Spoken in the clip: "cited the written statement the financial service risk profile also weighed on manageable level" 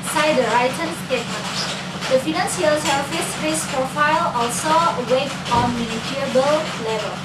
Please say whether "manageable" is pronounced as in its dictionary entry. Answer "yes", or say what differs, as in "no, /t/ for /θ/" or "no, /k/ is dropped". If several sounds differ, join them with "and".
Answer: no, /dʒ/ is dropped